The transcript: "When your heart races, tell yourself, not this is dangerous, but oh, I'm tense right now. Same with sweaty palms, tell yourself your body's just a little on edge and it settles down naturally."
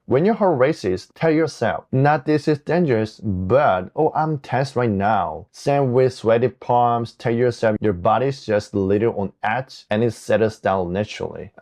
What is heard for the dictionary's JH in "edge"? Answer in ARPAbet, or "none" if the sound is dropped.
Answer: CH